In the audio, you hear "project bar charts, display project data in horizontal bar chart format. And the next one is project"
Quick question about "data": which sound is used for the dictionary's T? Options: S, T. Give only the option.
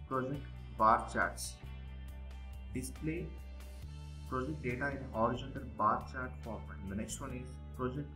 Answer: T